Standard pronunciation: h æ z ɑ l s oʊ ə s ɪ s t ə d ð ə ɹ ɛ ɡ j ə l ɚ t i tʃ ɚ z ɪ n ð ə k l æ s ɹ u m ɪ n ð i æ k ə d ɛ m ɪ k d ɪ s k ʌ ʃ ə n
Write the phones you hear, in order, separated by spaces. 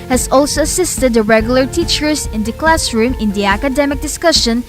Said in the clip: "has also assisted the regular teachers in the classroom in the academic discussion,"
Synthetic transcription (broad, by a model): h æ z ɑ l s oʊ ə s ɪ s t ə d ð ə ɹ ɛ ɡ j l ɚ t i tʃ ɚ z ɪ n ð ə k l æ s ɹ u m ɪ n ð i æ k ə d ɛ m ɪ k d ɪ s k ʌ ʃ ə n